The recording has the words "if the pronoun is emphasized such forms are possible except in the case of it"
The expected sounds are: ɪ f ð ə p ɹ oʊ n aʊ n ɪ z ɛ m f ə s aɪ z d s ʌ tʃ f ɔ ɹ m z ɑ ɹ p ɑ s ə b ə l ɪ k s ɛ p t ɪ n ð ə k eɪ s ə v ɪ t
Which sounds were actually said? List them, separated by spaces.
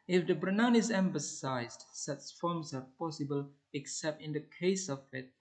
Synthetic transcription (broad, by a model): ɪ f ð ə b ɹ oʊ n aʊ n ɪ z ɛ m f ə s aɪ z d s ʌ tʃ f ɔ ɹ m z ɑ ɹ p ɑ s ə b ə l ɪ k s ɛ p t ɪ n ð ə k eɪ s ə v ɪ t